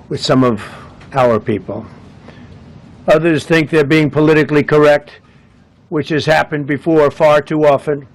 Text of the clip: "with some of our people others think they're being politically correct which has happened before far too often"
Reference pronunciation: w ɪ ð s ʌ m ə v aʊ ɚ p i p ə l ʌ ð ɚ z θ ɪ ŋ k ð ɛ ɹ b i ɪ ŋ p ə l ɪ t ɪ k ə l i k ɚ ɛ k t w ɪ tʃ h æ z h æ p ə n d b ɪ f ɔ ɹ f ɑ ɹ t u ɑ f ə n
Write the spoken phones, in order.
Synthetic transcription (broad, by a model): w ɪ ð s ʌ m ə v aʊ ɚ p i p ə l ʌ ð ɚ z θ ɪ ŋ k ð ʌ ɹ b i ɪ ŋ p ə l ɪ t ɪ k l i k ɚ ɛ k t w ɪ tʃ h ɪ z h æ p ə n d b ɪ f ɔ ɹ f ɑ ɹ t u ɑ f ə n